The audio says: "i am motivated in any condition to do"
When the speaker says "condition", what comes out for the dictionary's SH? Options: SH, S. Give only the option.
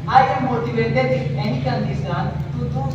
S